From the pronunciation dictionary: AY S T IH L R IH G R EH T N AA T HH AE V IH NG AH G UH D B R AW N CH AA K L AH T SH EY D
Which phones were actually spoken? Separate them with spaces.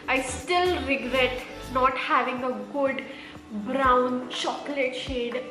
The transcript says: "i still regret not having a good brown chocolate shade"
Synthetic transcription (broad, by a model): AY S T IH L R IH G R EH T N AA T HH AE V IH NG AH G UH D B R AW N SH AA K L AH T SH EY D